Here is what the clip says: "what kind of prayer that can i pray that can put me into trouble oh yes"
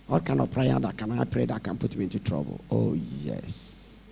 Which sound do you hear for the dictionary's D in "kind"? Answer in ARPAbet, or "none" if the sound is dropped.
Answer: none